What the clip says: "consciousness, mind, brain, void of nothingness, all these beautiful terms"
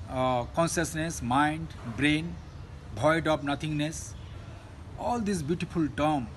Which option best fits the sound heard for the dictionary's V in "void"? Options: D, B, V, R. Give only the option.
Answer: B